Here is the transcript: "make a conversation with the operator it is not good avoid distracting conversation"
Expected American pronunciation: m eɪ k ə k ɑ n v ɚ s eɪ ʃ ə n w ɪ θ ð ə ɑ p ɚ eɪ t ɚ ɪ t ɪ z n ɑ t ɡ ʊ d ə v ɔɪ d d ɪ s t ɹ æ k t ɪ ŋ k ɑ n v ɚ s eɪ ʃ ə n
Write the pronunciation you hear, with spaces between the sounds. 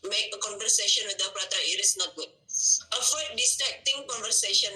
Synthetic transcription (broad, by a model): m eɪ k ə k ɑ n v ɚ s eɪ ʃ ə n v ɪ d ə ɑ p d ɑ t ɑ ɪ t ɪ s n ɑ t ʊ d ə f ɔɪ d d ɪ s t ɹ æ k t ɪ ŋ k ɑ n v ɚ s eɪ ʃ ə n